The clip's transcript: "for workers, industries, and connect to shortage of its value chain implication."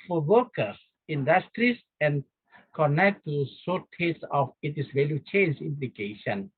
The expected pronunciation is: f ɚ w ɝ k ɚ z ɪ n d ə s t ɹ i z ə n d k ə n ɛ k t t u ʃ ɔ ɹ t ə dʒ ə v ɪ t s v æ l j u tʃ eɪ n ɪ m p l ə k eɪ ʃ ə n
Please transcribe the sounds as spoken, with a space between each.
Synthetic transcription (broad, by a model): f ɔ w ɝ k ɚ s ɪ n d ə s t ɹ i s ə n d k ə n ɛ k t t u s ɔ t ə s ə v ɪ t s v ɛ l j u tʃ eɪ n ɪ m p l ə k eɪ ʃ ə n